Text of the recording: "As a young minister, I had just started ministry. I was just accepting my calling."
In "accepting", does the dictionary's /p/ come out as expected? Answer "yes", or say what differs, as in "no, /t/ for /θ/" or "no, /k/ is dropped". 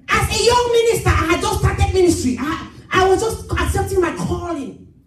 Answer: yes